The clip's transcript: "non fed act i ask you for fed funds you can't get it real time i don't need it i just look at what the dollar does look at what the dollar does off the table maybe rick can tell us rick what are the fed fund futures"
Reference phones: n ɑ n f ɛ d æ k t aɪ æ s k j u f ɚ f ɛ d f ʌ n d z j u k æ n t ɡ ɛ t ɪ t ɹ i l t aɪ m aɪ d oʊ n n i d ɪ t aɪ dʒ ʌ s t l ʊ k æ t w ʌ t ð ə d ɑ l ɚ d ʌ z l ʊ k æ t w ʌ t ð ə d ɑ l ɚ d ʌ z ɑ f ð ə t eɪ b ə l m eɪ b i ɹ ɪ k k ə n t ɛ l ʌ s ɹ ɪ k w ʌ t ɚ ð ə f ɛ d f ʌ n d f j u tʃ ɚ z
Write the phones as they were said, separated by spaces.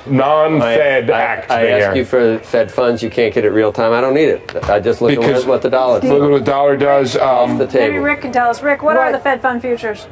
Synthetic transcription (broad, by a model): n ɑ n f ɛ d æ k t aɪ æ s k j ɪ f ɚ f ɛ d f ʌ n d z j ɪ k æ n ɡ ɛ t ɪ t ɹ i l t aɪ m aɪ d oʊ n n i d ɪ t aɪ dʒ ʌ s t l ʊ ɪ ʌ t w ʌ t ð ə d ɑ l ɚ ʌ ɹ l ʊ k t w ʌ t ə d ɑ l ɚ d ʌ z ɑ f ð ə t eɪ ə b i ɹ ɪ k k ə n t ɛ l ʌ s ɹ ɪ k w ʌ t ɚ ð ə f ɛ d f ʌ n d f j u tʃ ɚ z